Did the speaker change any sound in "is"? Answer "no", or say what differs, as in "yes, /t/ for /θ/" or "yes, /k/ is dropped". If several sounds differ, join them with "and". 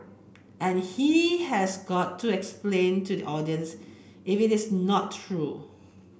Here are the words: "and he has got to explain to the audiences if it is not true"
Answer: yes, /s/ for /z/